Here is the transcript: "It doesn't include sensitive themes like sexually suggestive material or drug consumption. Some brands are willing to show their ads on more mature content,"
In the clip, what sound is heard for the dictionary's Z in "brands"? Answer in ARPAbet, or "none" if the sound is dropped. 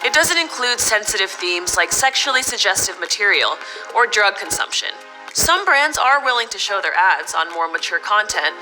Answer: Z